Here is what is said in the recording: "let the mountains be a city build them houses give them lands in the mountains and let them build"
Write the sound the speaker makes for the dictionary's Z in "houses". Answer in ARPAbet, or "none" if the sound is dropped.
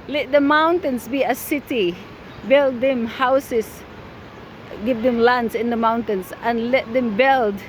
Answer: S